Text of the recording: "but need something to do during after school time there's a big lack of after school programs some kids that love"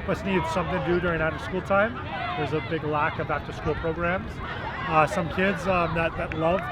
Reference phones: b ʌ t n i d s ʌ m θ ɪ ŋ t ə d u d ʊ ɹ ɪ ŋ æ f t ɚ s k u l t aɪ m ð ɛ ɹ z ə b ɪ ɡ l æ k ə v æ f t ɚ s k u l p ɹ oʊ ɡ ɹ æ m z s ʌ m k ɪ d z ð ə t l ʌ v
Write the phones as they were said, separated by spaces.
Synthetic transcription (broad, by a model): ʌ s n i d s ʌ m θ ɪ ŋ d u d ʊ ɹ ɪ ŋ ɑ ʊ t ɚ s k u l t aɪ m ð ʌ ɹ z ə b ɪ ɡ l æ k ə v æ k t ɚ s k u l p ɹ oʊ ɡ ɹ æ m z s ʌ m k ɪ d z ð ə t l ʌ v